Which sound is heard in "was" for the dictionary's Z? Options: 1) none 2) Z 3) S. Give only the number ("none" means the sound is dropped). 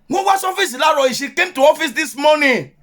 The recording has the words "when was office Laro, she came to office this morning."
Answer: 3